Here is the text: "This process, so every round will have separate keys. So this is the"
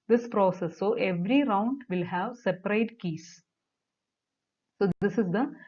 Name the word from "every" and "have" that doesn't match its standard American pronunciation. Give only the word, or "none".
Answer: none